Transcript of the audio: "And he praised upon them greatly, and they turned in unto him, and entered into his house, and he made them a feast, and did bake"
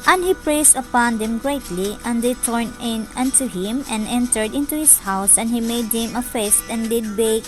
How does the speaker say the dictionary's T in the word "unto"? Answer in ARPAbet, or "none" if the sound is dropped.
T